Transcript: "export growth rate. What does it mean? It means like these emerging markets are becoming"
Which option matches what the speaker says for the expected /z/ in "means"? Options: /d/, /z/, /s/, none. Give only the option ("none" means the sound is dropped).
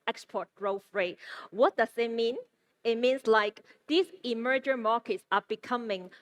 /s/